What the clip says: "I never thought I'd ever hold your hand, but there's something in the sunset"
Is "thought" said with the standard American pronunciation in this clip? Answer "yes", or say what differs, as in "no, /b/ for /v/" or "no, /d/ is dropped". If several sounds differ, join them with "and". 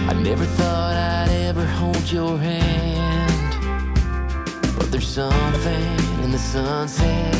yes